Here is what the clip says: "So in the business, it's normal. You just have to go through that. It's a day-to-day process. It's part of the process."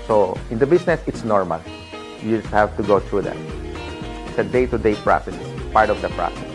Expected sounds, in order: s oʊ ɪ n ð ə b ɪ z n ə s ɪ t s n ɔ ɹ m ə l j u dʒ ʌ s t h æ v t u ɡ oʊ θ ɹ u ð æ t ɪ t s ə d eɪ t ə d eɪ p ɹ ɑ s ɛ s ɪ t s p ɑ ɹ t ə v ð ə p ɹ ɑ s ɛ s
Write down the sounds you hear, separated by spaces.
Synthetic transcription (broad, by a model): s oʊ ɪ n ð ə b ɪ s n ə s ɪ t s n ɔ ɹ m ə l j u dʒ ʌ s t h æ v t u ɡ oʊ t ɹ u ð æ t ɪ t s ə d eɪ t ə d eɪ p ɹ ɑ s ɛ s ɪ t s p ɑ ɹ t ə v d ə p ɹ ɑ s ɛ s